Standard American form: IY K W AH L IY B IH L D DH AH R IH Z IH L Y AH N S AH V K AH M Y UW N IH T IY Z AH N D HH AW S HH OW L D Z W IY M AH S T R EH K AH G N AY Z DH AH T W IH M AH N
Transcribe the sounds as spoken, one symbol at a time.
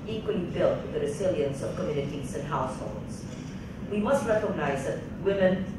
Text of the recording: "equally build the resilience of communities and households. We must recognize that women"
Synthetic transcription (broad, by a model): IY K W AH L IY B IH L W DH AH R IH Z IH L Y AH N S AH V K AH M Y UW N IH T IY Z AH N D HH AW S HH OW L D Z W IY M AH S T R EH K AH G N AY Z DH AH T W IH M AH N